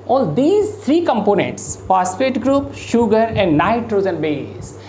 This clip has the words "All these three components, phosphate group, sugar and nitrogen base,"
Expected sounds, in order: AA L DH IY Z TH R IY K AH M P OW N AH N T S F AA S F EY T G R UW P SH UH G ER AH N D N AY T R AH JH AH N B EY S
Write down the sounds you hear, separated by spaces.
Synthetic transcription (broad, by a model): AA L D IY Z T R IY K AH M P OW N AH N T S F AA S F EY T G R UW P SH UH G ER AH N D N AY T R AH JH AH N B EY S